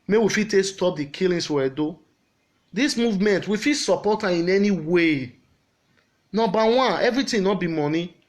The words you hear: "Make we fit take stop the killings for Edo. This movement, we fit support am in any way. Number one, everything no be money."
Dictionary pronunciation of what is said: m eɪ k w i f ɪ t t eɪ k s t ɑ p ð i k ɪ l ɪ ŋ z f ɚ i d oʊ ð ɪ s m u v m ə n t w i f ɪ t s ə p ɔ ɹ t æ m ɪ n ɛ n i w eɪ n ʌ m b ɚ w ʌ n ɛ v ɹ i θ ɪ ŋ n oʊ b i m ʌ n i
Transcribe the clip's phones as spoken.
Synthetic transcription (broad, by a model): m eɪ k w i f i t t eɪ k s t ɑ p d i k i l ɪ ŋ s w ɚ d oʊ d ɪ s m u v m ə n t w i f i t s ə p ɔ t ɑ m ɪ n ɛ n i w eɪ n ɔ b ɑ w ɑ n ɛ v ɹ i t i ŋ n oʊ b i m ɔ n i